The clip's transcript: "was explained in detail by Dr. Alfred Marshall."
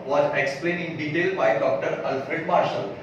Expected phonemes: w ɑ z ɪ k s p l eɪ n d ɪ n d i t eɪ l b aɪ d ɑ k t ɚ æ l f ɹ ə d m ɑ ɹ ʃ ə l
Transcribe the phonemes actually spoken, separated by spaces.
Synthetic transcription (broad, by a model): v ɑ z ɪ k s p l eɪ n ɪ n d i t eɪ l b aɪ d ɑ k t ɚ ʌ l f ɹ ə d m ɑ ɹ ʃ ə l